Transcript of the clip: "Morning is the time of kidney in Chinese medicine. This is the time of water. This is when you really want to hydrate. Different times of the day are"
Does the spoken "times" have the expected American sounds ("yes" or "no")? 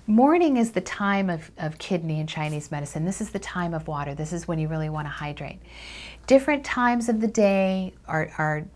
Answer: yes